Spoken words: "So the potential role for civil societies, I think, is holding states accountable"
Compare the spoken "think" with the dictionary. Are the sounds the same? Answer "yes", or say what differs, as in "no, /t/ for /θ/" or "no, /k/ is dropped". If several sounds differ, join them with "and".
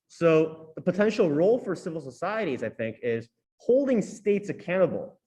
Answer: yes